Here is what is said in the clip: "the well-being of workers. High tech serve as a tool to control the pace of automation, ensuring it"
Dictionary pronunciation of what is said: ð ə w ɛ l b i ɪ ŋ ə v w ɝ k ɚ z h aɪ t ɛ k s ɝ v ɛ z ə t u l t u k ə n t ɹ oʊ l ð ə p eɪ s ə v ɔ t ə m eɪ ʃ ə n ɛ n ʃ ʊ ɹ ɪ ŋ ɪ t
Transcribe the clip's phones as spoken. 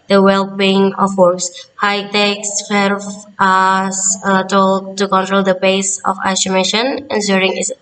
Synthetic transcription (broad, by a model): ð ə w ɛ l b i ɪ ŋ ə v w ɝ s h aɪ t ɛ k s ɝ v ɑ s ə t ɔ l t u k ə n t ɹ oʊ l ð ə b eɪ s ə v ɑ s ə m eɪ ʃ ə n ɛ n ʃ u ɹ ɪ ŋ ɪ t